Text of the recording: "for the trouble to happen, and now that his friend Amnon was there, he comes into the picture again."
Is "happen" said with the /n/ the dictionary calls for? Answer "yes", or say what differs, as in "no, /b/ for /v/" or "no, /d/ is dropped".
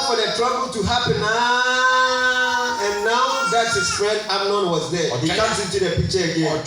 yes